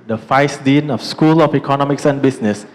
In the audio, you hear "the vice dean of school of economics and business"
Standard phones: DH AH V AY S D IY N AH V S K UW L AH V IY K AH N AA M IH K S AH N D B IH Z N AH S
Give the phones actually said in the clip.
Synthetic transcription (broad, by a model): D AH F AY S D IY N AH F S K UW L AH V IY K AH N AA M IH K S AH N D B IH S N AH S